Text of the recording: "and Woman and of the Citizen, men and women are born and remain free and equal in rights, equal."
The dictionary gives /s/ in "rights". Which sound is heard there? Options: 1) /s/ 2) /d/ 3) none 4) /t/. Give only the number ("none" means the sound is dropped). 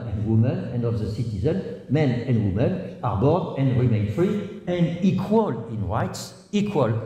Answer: 1